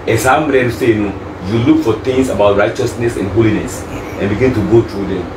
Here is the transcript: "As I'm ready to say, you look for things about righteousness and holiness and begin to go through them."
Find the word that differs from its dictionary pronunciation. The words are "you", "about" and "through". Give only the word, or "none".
through